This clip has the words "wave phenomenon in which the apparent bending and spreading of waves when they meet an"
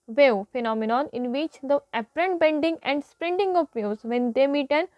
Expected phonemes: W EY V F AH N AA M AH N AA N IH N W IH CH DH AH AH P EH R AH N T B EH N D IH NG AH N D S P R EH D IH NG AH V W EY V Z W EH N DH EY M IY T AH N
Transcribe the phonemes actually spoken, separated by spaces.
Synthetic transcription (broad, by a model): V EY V F AH N AA M AH N AA N IH N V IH CH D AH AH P R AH N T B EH N D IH NG AH N D S P R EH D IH NG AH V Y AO Z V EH N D EY M IY T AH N